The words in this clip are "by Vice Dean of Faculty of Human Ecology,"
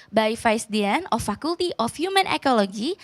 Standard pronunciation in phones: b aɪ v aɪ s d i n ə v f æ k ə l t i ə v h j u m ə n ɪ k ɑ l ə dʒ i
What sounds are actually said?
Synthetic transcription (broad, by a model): b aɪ f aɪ s d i n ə f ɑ k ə l t i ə f h j u m ə n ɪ k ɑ l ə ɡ i